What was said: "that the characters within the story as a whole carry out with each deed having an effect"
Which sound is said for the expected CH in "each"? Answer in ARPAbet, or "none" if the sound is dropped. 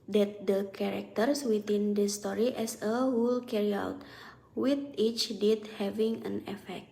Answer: CH